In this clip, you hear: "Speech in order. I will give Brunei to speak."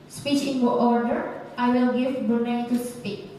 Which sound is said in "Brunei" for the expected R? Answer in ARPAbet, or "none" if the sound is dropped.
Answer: none